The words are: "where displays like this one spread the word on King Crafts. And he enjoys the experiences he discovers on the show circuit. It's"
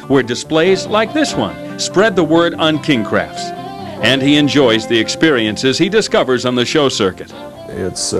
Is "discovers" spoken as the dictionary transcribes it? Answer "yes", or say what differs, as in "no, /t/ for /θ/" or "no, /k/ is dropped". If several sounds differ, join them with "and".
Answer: yes